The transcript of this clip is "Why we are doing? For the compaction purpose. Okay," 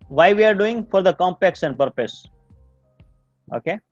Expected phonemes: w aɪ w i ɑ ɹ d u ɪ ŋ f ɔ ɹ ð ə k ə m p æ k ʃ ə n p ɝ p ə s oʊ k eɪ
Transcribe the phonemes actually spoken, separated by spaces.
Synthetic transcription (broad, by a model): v aɪ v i ɑ ɹ d u ɪ ŋ f ɔ ɹ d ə k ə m p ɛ k s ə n p ɝ p ə s oʊ k eɪ